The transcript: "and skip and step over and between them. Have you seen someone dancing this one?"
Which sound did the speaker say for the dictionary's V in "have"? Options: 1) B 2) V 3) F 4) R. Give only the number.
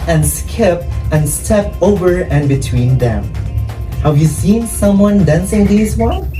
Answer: 2